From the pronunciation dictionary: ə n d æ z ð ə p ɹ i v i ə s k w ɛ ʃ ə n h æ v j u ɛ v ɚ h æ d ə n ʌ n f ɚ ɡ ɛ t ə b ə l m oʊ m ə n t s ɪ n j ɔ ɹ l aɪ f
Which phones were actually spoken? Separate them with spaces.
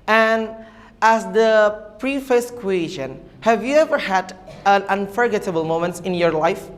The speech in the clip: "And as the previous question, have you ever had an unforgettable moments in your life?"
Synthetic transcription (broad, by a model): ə n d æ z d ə p ɹ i f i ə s k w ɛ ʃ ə n h æ v j u ɛ v ɚ h æ d ə n ʌ n f ɚ ɡ ɛ t ə b ə l m oʊ m ə n t s ɪ n j ɔ ɹ l aɪ f